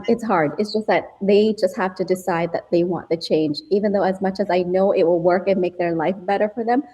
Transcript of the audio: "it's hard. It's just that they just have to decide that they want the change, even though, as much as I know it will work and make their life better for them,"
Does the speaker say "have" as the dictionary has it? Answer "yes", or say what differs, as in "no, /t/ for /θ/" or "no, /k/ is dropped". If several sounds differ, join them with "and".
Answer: no, /f/ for /v/